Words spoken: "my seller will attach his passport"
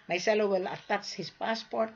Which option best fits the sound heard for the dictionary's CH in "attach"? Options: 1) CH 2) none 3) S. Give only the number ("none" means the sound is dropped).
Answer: 3